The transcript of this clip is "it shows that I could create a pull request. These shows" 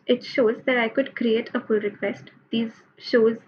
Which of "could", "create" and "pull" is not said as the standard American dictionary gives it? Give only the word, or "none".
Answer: pull